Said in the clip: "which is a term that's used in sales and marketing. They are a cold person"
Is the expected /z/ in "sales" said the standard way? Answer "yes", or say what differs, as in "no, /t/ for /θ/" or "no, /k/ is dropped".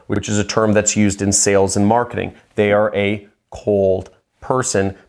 yes